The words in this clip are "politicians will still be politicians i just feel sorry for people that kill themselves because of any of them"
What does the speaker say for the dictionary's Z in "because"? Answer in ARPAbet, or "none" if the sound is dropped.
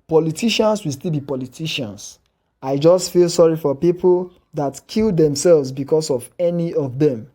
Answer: S